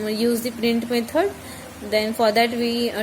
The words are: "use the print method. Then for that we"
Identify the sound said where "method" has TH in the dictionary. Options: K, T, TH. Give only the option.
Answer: T